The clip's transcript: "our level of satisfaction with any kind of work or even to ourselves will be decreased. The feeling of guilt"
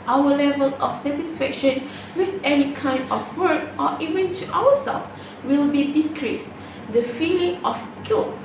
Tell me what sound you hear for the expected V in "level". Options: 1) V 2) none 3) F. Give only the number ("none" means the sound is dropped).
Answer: 1